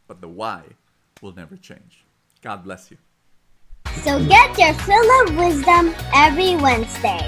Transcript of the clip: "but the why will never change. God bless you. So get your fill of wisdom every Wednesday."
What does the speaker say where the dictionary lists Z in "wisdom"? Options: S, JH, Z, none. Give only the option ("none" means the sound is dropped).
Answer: Z